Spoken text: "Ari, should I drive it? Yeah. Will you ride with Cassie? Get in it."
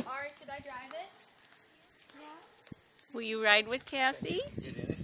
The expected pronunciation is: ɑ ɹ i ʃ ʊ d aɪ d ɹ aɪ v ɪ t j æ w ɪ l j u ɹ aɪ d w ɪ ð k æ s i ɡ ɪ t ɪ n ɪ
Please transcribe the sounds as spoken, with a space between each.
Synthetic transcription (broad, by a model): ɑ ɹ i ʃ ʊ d aɪ d ɹ aɪ v ɪ t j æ w ɪ l j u ɹ aɪ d w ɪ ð k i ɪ ɪ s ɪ